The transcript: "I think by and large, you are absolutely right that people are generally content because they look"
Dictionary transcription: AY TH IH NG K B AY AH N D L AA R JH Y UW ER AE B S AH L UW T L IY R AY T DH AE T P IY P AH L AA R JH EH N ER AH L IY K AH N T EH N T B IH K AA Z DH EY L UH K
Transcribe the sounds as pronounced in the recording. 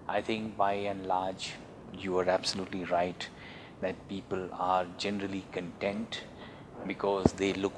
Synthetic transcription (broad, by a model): AY T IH NG K B AY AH N L AA R JH Y UW ER AE B S AH L UW T L IY R AY T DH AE T P IY P AH L AA R JH EH N ER AH L IY K AH N T EH N T B IH K AA Z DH EY L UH K